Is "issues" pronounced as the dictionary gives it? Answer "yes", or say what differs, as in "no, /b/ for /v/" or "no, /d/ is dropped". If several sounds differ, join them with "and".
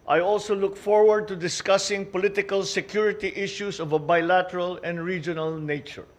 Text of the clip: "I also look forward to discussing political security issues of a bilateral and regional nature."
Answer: no, /s/ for /z/